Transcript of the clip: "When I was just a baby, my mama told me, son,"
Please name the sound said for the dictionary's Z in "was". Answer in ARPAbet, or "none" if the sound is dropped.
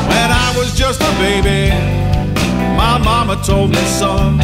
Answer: Z